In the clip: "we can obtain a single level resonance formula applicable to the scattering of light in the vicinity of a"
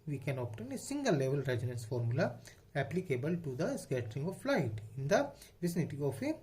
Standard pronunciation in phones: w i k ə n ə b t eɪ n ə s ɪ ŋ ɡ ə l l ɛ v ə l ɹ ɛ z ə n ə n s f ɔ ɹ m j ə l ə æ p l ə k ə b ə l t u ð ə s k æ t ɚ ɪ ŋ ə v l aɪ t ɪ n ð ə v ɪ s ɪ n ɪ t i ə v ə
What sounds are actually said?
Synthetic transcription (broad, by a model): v i k ə n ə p t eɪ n ə s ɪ ŋ ɡ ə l l ɛ v ə l ɹ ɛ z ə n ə n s f ɔ ɹ m j ə l ə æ p l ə k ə b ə l t u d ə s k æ t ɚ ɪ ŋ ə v l aɪ t ɪ n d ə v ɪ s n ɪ t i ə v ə